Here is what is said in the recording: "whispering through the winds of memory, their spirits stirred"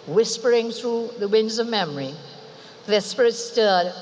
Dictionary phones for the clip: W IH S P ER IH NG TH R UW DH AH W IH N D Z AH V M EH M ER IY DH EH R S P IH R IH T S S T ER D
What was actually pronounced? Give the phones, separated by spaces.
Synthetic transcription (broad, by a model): W IH S P ER IH NG TH R UW DH AH W IH N D Z AH V M EH M ER IY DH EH S P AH R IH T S S T ER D